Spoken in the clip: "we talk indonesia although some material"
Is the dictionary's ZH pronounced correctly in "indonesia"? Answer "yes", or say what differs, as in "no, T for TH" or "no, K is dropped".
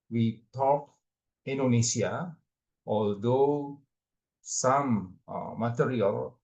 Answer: no, S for ZH